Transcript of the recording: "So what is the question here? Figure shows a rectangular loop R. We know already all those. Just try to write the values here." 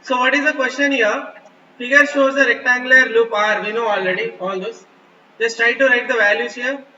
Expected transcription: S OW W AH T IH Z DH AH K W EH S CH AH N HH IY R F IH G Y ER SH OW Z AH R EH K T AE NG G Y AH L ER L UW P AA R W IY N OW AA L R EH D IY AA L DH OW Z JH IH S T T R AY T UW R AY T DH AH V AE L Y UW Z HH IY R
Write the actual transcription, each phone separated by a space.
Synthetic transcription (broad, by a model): S OW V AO T IH Z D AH K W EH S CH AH N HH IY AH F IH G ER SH OW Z AH R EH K T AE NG G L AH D L UW P AA R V IY N OW AA L R EH D IY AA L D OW S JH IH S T T R AY T UW R AY T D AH V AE L Y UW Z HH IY R